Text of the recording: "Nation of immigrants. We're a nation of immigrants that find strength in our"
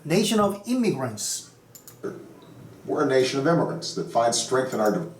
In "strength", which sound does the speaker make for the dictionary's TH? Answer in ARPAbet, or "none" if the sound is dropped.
TH